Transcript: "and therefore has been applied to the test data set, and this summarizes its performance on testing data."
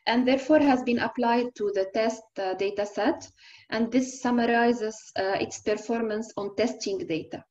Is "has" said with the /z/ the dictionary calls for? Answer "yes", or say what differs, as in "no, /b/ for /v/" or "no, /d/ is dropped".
yes